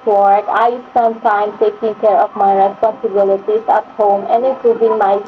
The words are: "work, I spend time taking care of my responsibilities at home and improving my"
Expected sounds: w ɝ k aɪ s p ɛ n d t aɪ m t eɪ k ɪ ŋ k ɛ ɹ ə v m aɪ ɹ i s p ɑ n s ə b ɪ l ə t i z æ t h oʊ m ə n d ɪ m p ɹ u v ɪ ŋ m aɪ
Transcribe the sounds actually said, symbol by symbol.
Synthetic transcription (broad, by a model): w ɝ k aɪ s ʌ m t aɪ m t eɪ k ɪ ŋ k ɛ ɹ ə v m aɪ ɹ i s p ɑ n s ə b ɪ l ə t i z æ t h oʊ m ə n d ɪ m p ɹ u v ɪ ŋ m aɪ